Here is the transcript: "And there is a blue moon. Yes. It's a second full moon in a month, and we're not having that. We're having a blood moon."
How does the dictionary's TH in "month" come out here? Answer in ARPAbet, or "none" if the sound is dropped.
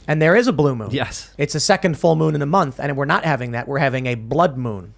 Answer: TH